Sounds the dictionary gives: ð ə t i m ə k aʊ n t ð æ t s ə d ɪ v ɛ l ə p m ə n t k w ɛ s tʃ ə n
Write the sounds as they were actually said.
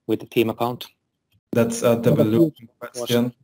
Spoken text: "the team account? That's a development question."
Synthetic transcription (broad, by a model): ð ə t i m ə k aʊ n t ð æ t s ə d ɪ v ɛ l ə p ə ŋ k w ɛ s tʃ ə n